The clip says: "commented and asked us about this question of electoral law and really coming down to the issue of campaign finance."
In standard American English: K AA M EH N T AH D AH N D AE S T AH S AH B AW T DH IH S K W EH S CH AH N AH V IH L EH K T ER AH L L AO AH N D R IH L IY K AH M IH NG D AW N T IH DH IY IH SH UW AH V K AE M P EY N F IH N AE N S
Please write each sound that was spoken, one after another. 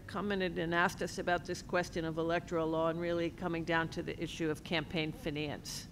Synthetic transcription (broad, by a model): K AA M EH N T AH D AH N AE S T AH S AH B AW T DH IH S K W EH S CH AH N AH V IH L EH K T ER L L AO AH N R IH L IY K AH M IH NG D AW N T IH DH IY IH SH UW AH V K AE M P EY N F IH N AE N S